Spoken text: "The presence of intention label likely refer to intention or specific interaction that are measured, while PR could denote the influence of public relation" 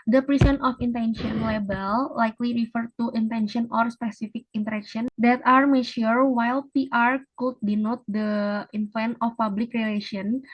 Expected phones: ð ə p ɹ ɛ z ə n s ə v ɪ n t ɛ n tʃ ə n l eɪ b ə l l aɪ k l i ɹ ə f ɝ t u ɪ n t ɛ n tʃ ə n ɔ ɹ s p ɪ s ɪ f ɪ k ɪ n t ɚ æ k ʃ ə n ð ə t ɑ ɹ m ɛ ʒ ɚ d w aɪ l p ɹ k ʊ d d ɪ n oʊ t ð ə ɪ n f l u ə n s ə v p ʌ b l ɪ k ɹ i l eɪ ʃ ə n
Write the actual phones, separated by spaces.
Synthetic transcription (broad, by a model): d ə p ɹ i s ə n ə f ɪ n t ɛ n ʃ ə n l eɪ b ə l l aɪ k l i ɹ ə f ɝ t u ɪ n t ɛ n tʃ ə n ɔ ɹ s p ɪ s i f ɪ k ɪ n t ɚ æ k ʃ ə n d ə t ɑ ɹ m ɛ ʃ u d w aɪ l p ɹ k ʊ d d ɪ n oʊ t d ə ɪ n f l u n ə f p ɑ b l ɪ k ɹ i l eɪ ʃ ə n